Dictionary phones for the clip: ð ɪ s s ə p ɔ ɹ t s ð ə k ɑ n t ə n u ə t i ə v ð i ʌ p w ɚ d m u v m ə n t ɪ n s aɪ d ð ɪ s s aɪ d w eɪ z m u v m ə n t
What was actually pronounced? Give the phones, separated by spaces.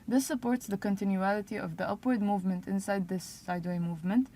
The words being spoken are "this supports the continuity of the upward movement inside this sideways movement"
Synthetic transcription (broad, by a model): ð ɪ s s ə p ɔ ɹ t s ð ə k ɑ n t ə n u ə t i ə v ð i ʌ p w ɚ d m u v m ə n t ɪ n s aɪ d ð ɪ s s aɪ d w eɪ m u v m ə n t